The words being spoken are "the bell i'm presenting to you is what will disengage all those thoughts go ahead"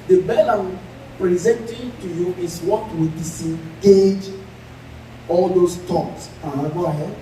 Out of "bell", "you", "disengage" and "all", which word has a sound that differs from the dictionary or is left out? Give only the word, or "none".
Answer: disengage